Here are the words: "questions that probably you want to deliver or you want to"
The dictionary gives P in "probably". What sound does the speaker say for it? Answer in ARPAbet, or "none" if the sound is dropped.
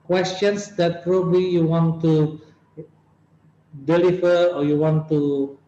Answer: P